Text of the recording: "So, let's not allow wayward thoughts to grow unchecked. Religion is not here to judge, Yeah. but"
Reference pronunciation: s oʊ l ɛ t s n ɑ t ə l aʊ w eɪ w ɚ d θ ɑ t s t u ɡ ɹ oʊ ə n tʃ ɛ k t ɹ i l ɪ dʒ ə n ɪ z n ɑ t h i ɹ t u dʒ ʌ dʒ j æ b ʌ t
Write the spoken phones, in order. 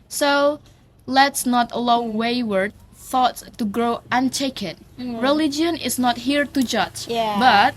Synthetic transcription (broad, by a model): s oʊ l ɛ t s n ɑ t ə l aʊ w eɪ w ɚ d θ ɑ t s t u ɡ ɹ oʊ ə n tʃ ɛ k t ɹ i l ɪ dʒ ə n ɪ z n ɑ t h i ɹ t u dʒ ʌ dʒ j b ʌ t